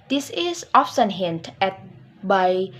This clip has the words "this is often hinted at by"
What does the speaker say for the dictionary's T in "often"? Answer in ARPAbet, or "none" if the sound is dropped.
S